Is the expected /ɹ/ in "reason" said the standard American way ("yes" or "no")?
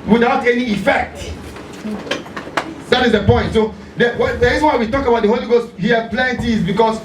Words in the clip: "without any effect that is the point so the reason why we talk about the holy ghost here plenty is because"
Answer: no